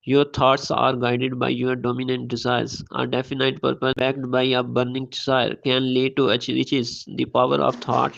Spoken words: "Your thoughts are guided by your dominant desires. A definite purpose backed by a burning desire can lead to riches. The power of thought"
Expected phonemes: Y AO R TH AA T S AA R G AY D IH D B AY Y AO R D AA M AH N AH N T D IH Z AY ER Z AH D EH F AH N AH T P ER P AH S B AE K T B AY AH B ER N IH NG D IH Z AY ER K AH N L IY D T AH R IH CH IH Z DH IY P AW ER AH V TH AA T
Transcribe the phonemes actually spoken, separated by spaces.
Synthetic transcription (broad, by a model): Y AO R T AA T S AA R G AY D IH D B AY Y AO R D AA M AH N AH N T D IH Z AY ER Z AH D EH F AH N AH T P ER P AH B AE K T B AY AH B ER N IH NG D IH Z AY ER K AH N L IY T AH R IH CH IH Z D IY P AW ER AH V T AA T